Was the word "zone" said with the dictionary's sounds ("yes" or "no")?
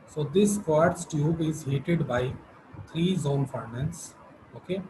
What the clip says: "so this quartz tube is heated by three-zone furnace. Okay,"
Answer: yes